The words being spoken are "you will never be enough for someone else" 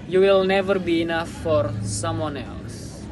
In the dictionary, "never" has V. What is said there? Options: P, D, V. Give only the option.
V